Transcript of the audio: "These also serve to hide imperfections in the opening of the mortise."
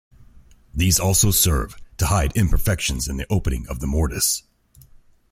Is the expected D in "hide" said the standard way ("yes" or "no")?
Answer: yes